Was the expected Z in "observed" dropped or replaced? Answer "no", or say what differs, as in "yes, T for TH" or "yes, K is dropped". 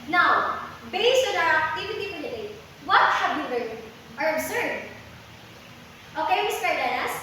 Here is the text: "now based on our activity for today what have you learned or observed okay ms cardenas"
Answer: yes, S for Z